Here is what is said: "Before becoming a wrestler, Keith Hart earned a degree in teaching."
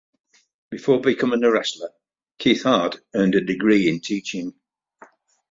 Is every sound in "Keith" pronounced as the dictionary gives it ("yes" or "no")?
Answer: yes